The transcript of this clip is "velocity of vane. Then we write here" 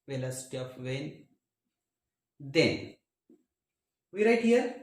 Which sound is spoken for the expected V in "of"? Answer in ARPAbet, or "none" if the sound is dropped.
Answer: P